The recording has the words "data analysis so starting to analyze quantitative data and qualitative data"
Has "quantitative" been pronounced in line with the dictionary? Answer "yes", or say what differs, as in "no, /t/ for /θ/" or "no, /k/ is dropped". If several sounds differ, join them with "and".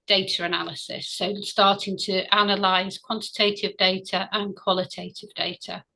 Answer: yes